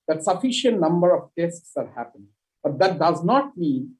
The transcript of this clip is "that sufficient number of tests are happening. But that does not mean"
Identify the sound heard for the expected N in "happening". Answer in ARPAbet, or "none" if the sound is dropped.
none